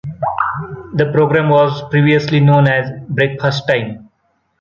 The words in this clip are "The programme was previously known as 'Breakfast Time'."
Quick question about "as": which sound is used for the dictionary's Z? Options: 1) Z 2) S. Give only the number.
1